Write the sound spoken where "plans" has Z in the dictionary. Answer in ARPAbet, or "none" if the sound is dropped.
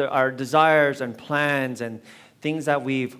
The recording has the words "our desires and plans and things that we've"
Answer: Z